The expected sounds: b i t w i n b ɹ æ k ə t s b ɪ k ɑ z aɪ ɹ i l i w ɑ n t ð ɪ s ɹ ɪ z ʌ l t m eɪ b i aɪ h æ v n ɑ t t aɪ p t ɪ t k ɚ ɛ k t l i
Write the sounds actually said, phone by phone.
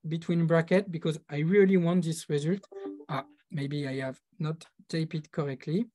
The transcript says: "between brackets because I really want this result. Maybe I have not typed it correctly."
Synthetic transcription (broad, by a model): b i t w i n b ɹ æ k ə t b ɪ k ɑ z aɪ ɹ i l i w ɑ n t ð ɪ s ɹ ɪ z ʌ l t m eɪ b i aɪ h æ v n ɑ t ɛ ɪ p ɪ t k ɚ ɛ k t l i